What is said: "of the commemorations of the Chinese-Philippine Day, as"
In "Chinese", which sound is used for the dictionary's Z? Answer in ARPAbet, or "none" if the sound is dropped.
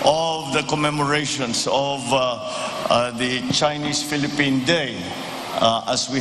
S